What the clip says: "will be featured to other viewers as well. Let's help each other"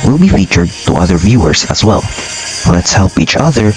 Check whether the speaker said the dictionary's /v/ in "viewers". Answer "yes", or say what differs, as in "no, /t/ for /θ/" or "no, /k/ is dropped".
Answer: yes